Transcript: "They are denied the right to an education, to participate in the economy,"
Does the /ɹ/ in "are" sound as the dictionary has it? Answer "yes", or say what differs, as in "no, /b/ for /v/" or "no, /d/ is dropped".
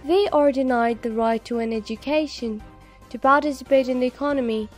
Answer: yes